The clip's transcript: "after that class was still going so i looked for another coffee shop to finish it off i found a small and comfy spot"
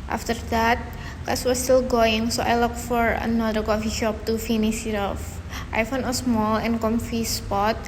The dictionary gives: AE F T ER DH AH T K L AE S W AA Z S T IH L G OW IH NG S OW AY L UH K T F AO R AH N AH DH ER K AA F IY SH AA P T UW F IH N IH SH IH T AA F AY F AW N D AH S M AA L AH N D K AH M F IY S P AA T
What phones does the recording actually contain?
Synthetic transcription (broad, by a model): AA F T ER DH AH T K AA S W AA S T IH L G OW IH NG S OW AY L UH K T F AO R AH N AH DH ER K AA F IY SH AA P T UW F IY N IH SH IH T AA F AY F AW N AH S M AA L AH N K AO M F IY S P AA T